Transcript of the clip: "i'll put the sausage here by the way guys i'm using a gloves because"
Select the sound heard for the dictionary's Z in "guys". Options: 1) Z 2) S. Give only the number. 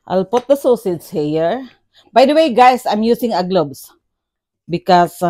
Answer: 2